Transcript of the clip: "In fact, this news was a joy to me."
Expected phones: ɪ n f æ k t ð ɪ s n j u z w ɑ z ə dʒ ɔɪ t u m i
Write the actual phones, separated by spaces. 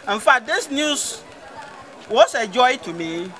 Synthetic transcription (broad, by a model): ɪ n f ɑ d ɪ s n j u s w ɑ s ə dʒ ɔɪ t u m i